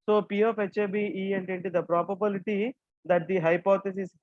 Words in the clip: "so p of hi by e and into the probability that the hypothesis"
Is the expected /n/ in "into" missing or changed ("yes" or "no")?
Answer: no